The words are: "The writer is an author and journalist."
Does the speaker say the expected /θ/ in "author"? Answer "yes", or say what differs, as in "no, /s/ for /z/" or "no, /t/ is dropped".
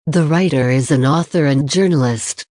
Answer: yes